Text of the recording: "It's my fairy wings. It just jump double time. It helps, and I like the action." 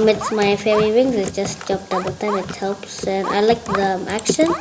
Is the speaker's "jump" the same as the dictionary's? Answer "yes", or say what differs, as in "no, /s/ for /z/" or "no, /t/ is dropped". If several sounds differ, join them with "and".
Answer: no, /m/ is dropped